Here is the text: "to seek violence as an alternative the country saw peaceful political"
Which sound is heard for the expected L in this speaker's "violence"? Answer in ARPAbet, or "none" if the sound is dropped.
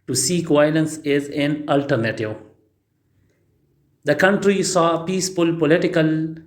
L